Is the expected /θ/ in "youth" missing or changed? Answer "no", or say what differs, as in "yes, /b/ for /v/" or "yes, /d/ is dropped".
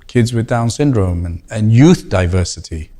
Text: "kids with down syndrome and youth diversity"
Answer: no